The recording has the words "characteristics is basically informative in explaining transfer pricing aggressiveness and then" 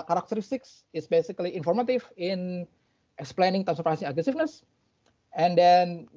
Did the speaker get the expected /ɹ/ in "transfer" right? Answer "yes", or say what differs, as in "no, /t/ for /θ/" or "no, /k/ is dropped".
no, /ɹ/ is dropped